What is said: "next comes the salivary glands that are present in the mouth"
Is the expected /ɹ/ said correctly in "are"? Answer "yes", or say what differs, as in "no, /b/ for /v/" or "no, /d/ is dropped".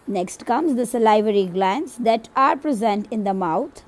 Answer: yes